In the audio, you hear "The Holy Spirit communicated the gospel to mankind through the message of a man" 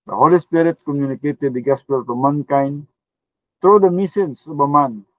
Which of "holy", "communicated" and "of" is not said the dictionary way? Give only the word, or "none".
of